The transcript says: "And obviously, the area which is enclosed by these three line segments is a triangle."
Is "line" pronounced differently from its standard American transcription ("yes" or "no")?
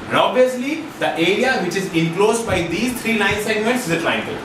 yes